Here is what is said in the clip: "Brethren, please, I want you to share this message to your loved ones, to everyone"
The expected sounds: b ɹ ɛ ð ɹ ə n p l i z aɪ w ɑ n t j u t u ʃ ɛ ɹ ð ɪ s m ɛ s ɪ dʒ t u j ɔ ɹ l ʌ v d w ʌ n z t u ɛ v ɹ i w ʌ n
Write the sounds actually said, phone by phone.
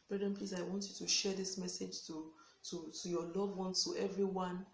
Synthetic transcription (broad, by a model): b ɹ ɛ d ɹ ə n p l i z aɪ w ɑ n t j u t u ʃ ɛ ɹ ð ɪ s m ɛ s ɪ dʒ t u j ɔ l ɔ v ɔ n t u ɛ v ɹ i w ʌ n